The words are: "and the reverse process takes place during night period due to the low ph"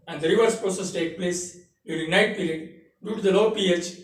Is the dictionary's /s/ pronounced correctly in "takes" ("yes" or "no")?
no